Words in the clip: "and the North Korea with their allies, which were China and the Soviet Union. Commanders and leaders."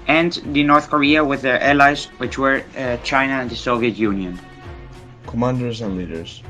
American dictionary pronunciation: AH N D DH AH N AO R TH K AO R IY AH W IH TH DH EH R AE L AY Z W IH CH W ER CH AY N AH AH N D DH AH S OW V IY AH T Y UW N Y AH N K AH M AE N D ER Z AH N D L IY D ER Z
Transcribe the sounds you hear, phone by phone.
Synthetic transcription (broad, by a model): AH N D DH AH N AO R TH K AO R IY AH W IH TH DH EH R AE L AY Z W IH CH W ER CH AY N AH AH N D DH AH S OW V IY AH T Y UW N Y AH N K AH M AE N D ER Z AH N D L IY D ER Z